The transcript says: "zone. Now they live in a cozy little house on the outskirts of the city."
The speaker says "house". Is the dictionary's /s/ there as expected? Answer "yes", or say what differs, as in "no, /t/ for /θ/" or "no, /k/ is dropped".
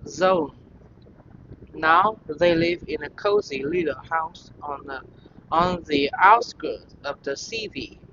yes